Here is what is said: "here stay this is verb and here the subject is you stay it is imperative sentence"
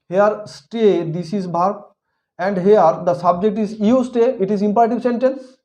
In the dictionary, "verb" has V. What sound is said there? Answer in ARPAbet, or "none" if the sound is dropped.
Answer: B